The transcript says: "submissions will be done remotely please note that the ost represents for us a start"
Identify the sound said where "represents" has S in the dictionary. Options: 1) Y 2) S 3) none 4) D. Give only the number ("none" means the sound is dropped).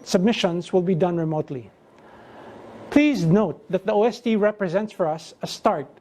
2